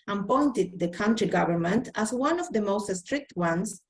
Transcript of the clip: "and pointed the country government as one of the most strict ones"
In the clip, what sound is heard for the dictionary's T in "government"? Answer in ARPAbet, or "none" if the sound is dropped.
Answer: T